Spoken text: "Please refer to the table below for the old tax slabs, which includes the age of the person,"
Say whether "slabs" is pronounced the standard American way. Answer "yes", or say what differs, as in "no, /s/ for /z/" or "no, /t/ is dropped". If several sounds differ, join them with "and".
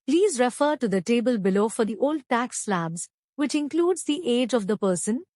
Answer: yes